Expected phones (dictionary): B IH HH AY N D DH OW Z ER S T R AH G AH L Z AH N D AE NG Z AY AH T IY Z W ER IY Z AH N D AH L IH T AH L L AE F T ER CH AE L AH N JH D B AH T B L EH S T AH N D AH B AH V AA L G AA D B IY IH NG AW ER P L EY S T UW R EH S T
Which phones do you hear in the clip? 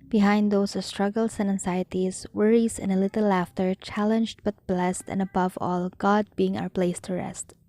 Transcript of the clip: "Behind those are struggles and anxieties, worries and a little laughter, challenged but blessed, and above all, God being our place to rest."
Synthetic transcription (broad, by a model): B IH HH AY N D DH OW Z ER S T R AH G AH L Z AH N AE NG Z AY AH T IY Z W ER IY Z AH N AH L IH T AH L L AE F T ER CH AE L AH N JH D B AH T B L EH S T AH N AH B AH V AA L G AA D B IY IH NG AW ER P L EY S T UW R EH S T